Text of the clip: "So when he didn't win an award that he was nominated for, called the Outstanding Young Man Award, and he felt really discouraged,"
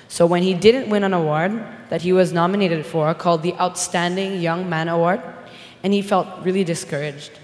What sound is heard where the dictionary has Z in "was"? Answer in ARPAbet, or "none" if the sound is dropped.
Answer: Z